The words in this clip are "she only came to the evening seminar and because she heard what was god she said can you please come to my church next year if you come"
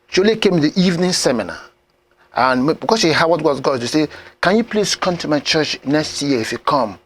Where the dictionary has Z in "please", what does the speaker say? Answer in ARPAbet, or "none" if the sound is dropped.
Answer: S